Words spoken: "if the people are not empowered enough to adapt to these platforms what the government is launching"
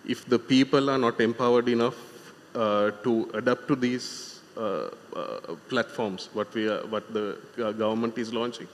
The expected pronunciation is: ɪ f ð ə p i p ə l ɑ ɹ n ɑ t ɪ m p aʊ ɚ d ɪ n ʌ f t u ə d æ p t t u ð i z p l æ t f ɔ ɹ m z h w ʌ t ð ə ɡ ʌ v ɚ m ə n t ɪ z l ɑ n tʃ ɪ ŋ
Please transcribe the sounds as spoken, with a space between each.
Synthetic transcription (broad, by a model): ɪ f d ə p i p ə l ɑ ɹ n ɑ t ɪ m p aʊ ɚ d ɪ n ʌ f t u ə d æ p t t u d i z p l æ t f ɔ ɹ m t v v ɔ t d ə ɡ ʌ v ɚ m ə n t ɪ z l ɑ n tʃ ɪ ŋ